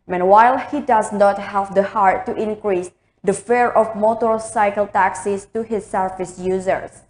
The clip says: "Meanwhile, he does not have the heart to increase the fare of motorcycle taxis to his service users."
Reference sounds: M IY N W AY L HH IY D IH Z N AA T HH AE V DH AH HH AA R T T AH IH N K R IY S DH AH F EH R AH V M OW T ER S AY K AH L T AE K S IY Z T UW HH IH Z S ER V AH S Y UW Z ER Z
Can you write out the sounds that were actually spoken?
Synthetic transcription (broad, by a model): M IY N W AY L HH IY D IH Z N AA T HH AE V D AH HH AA R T T IH N K R IY S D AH F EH R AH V M OW T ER S AY K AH L T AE K S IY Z T UW HH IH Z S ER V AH S Y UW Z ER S